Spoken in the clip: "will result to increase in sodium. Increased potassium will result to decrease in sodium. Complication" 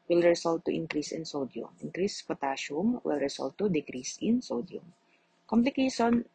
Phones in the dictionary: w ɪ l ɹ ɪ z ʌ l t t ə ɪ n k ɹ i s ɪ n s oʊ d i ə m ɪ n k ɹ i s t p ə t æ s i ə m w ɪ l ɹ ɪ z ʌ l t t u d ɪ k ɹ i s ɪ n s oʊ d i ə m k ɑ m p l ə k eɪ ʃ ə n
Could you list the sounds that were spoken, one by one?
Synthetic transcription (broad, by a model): w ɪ l ɹ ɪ s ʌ l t t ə ɪ n k ɹ i s ɪ n s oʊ d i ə m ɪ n k ɹ i s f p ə t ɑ ʃ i m w ɪ l ɹ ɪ s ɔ l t t u d ɪ k ɹ i s ɪ n s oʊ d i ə m k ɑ m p l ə k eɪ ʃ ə n